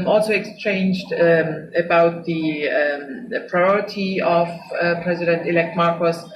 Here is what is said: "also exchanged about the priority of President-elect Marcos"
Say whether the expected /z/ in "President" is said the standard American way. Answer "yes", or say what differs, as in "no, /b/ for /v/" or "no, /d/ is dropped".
yes